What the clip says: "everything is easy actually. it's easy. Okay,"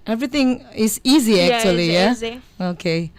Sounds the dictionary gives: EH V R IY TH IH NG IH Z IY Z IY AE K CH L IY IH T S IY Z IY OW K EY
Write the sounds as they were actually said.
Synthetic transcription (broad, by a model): EH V R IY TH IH NG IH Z IY Z IY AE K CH IY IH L IY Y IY OW K EY